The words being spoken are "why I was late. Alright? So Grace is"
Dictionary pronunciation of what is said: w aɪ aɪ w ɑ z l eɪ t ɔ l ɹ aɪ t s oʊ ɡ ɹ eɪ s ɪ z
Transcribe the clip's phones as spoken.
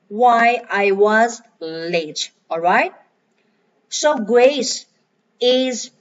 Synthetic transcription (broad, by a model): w aɪ aɪ w ɑ z l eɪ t ɔ l ɹ aɪ t s oʊ ɡ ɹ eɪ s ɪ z